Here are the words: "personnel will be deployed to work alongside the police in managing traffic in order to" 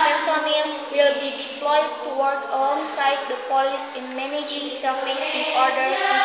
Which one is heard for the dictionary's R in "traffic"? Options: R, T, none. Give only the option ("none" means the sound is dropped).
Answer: none